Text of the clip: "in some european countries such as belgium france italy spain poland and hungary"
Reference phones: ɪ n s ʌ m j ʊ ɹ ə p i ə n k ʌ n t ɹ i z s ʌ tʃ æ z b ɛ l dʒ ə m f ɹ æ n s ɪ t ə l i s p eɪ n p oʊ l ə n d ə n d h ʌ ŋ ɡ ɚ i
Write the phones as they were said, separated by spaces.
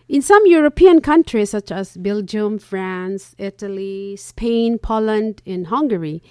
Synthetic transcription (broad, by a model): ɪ n s ʌ m j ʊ ɹ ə p i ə n k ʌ n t ɹ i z s ʌ tʃ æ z b ɛ l dʒ ə m f ɹ æ n s ɪ t ə l i s p eɪ n p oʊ l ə n d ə n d h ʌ ŋ ɡ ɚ i